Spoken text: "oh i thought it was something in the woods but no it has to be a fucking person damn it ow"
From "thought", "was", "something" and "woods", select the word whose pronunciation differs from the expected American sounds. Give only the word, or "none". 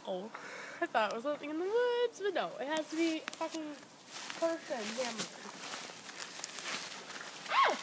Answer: something